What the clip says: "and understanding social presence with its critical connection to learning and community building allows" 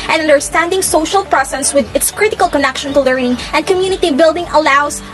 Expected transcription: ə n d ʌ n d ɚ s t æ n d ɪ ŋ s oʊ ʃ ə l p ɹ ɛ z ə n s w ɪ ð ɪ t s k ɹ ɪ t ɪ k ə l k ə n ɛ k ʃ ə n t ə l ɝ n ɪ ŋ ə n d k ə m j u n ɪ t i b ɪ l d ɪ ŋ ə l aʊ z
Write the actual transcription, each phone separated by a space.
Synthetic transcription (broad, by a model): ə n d ʌ n d ɚ s t æ n d ɪ ŋ s oʊ ʃ ə l p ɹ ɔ s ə s w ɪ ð ɪ t s k ɹ ɪ t ɪ k ə l k ə n ɛ k ʃ ə n t ə l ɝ n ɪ ŋ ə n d k ə m j u n ɪ t i b ɪ l d ɪ ŋ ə l aʊ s